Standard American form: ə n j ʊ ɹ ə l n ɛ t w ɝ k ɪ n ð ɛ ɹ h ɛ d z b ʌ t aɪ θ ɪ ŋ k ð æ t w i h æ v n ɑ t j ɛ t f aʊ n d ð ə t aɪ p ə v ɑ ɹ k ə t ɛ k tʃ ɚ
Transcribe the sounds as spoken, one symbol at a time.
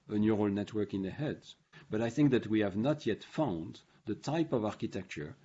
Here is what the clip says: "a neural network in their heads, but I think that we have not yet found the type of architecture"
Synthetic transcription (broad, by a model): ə n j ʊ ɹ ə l n ɛ t w ɝ k ɪ n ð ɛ h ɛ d b ʌ t aɪ θ ɪ ŋ k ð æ t w i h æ v n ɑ t j ɛ t f aʊ n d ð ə t aɪ p ə v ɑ ɹ k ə t ɛ k tʃ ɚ